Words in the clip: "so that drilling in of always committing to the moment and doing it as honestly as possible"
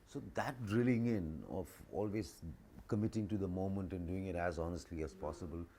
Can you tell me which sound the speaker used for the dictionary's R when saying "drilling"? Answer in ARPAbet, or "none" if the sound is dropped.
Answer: R